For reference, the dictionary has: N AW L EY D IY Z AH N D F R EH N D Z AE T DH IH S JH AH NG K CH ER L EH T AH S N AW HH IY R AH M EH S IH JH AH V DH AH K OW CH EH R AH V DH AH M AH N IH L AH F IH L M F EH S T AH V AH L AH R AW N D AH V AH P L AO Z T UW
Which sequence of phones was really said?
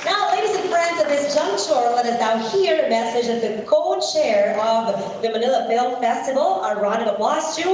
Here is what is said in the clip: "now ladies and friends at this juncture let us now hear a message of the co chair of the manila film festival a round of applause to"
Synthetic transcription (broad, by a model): N AW L EY D IY Z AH N F R EH N D Z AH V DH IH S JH AH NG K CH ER L EH T AH S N AW HH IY R AH M EH S IH JH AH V DH AH K OW CH EH R AH V DH AH M AH N IH L AH F IH L M F EH S T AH V L AH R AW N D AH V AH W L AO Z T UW